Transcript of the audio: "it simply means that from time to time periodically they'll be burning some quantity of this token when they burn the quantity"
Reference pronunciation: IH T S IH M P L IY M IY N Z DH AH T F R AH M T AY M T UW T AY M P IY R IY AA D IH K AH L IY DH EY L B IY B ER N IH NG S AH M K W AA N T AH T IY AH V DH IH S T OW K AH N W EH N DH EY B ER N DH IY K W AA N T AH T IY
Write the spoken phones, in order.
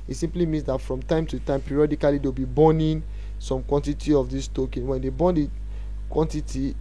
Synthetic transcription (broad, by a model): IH T S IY M P L IY M IY N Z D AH T F R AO M T AY M T UW T AY M P IY R IY AA D IH K AH L IY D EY W B IY B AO N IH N S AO M K W AA N T AH T IY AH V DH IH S T OW K AH N W EH N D EY B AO N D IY K W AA N T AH T IY